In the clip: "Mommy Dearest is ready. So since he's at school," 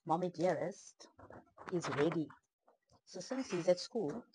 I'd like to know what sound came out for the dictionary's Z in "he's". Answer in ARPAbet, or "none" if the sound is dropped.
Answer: Z